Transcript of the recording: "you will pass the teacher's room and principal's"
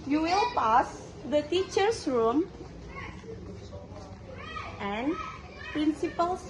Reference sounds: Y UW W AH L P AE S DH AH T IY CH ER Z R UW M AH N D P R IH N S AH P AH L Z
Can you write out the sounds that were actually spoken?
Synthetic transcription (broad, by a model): Y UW W AH L P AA S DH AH T IY CH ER S R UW M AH N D P R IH N S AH P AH L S